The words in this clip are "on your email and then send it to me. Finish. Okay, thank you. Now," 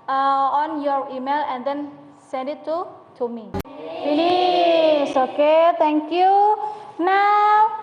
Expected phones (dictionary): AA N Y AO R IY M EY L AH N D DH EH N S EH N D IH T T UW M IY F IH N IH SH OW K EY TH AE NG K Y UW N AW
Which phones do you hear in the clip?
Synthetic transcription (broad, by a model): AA N Y AO R IY M EY L AH N D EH N S EH N D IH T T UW M IY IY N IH S OW K EY T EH NG K Y UW N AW